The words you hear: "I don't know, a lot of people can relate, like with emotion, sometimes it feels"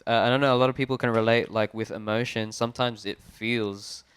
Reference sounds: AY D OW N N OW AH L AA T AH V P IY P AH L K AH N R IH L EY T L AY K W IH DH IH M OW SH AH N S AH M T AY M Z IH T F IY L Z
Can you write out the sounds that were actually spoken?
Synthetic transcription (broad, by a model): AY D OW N N OW AH L AA T AH V P IY P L K AH N R IH L EY T L AY K W IH DH IH M OW SH AH N S AH M T AY M Z IH T F IY L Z